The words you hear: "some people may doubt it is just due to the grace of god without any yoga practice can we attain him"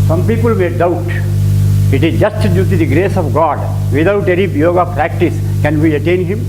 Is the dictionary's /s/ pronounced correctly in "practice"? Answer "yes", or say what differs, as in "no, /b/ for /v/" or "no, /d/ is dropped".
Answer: yes